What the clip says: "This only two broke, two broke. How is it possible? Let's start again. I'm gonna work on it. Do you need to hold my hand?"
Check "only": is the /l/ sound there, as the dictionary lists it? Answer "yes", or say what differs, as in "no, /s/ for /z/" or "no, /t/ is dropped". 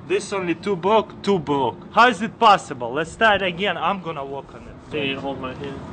yes